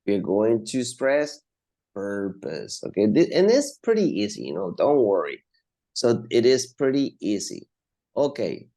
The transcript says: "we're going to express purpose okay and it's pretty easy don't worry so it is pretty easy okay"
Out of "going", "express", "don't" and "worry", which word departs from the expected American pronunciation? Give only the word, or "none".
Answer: express